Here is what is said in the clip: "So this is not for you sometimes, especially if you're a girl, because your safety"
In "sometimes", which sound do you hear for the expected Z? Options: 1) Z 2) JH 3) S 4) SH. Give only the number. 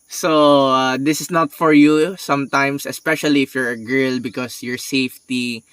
3